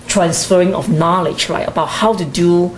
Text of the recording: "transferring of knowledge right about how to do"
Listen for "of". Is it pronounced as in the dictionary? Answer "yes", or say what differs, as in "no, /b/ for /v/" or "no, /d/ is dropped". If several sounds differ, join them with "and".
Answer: no, /f/ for /v/